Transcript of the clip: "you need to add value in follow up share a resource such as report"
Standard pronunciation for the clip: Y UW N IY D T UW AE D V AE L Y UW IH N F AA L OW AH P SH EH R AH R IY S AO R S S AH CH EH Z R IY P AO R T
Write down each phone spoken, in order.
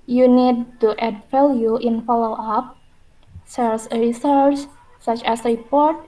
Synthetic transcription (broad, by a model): Y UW N IY D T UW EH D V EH L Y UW IH N F AA L OW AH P S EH L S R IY S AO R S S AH CH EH S R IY P AO R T